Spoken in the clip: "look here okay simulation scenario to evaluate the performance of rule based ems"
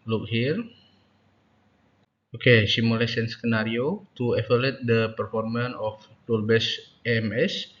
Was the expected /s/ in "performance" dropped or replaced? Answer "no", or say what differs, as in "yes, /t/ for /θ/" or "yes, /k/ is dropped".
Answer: yes, /s/ is dropped